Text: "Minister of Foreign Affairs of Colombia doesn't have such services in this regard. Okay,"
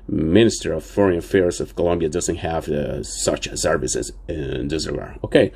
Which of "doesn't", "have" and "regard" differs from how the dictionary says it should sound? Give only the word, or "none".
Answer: regard